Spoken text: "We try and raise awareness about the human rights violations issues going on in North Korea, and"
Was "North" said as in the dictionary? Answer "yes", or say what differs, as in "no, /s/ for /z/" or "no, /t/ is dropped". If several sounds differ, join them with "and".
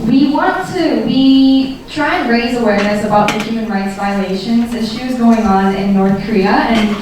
yes